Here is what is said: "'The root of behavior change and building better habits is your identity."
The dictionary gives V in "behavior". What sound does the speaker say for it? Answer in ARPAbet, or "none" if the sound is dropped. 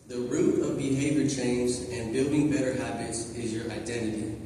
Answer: V